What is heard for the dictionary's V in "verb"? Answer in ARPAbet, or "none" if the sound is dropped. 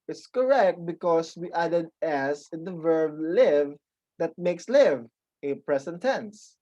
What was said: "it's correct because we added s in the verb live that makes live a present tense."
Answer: V